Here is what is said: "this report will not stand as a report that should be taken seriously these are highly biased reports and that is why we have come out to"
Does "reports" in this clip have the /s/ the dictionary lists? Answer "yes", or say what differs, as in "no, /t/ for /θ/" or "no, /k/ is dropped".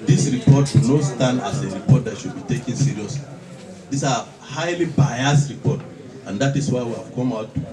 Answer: no, /s/ is dropped